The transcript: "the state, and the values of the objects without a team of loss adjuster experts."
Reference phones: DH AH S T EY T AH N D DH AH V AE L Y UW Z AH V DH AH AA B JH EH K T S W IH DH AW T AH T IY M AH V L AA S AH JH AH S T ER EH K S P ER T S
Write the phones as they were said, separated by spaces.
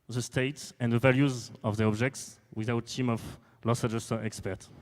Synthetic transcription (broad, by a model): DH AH S T EY T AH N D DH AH V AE L Y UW Z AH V DH AH AA B JH EH K T S W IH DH AW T T IY M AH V L AA S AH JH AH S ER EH K S P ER T